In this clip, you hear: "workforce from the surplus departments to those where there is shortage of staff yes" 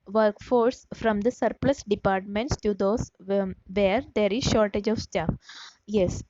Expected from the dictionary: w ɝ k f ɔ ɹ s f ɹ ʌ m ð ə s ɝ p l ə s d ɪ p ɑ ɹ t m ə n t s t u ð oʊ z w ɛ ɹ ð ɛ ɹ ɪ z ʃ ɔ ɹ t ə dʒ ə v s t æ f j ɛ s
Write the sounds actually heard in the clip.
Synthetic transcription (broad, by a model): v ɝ k f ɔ ɹ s f ɹ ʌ m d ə s ɝ p l ə s d ɪ p ɑ ɹ t m ə n t s t u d oʊ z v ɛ ɹ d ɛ ɹ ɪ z ʃ ɔ ɹ t ə dʒ ə v s t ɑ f j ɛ s